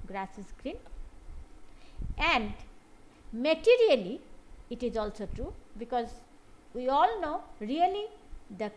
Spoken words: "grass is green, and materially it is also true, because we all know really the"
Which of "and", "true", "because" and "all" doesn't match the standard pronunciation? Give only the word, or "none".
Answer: none